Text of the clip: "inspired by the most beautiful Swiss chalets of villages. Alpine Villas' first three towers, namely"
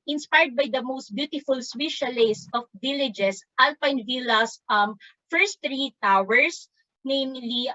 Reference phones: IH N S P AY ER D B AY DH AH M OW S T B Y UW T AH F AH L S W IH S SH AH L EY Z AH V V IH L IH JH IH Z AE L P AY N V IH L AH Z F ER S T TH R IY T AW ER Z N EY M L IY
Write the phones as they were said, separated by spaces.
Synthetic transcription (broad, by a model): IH N S P AY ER D B AY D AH M OW S T B Y UW T AH F AH L S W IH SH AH L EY S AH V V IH L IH JH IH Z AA L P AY N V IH L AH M F ER S T R IY T AW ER S N EY M L IY